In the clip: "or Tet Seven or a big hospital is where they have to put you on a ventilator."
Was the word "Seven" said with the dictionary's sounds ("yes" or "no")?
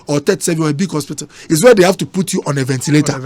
no